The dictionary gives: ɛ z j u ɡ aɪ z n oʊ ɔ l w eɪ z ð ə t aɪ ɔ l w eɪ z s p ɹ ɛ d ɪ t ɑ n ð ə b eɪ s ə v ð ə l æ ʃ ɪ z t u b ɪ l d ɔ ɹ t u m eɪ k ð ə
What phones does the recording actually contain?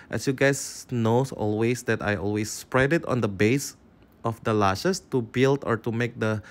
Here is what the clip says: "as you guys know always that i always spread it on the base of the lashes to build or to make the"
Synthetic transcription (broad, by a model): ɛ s j u ɡ aɪ s n oʊ ɔ l w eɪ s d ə t aɪ ɔ l w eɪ s p ɹ ɛ d ɪ t ɑ n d ə b eɪ s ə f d ə l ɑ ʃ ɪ s t u b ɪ l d ɔ ɹ t u m eɪ k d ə